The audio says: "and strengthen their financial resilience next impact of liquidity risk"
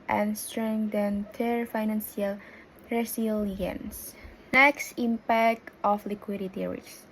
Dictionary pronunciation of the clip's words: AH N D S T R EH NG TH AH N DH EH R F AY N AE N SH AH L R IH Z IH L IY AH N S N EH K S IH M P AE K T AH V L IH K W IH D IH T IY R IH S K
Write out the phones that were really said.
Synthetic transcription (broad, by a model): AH N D S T R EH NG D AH N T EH R F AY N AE N S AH L R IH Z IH L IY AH N S N EH K S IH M P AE K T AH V L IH K W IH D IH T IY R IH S